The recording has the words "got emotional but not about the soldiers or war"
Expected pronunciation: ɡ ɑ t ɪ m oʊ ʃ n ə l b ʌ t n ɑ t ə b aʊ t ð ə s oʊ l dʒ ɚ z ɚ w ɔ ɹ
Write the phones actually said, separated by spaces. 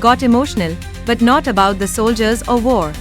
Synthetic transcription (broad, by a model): ɡ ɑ t ɪ m oʊ ʃ n ə l b ʌ t n ɑ t ə b aʊ t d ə s oʊ l dʒ ɚ z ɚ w ɔ ɹ